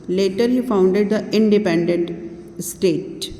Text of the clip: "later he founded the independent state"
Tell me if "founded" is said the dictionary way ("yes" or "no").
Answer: yes